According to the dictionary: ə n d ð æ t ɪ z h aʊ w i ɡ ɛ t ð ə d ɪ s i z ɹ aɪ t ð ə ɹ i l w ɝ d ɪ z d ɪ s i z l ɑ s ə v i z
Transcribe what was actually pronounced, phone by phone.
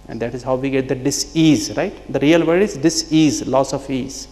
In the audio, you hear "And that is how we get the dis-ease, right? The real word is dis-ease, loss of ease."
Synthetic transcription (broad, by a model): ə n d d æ t ɪ z h aʊ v i ɡ ɛ t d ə d ɪ s i z ɹ aɪ t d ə ɹ i l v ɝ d ɪ z d ɪ s i z l ɑ s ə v i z